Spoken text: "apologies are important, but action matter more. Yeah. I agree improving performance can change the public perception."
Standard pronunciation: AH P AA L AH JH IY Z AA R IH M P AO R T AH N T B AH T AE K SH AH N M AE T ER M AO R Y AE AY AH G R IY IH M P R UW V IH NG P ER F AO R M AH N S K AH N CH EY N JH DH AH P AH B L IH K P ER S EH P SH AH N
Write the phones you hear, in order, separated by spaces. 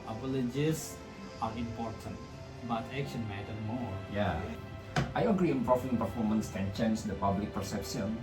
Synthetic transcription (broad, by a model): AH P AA L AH JH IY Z AA R IH M P AO R T AH N T B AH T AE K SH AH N M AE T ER M AO R Y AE AY AH G R IY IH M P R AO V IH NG P ER F AO R M AH N S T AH N SH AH N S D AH P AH B L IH K P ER S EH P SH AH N